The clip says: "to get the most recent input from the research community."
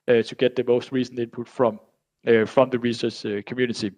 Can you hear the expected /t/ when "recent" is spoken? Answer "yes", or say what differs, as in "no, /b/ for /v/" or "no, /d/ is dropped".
no, /t/ is dropped